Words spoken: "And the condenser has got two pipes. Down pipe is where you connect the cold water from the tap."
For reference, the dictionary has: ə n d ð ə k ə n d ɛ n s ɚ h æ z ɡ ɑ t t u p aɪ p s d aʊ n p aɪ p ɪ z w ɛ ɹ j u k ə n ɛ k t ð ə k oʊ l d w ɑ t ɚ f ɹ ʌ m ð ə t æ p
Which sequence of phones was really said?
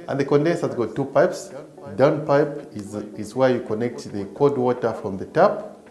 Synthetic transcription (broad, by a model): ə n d ð ə k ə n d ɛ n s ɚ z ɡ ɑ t t u p aɪ p s d aʊ n p aɪ p ɪ z w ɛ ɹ j u k ə n ɛ k t ð ə k oʊ d w ɑ t ɚ f ɹ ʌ m ð ə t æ p